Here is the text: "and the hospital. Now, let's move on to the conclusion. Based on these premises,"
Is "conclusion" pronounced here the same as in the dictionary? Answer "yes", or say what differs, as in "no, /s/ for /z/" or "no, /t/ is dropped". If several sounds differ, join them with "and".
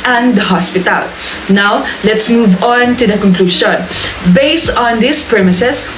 no, /ʃ/ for /ʒ/